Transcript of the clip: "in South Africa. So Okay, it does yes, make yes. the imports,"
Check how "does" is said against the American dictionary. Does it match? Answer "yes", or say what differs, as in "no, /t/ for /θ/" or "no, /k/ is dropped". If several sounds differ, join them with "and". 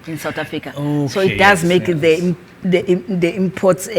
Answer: yes